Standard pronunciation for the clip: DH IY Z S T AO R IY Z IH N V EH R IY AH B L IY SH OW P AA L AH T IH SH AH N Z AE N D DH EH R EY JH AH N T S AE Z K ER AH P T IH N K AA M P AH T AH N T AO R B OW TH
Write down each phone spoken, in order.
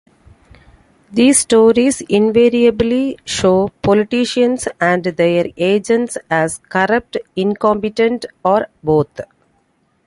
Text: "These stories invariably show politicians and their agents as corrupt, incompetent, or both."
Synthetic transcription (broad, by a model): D IY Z S T AO R IY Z IH N V EH R IY AH B L IY SH OW P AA L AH T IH SH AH N S AE N D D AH R EY JH AH N T S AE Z K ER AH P T IH N K AA M P AH T AH N T AO R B OW T